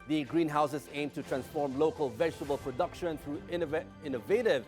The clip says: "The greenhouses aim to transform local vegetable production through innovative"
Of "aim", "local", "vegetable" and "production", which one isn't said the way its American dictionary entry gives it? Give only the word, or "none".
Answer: none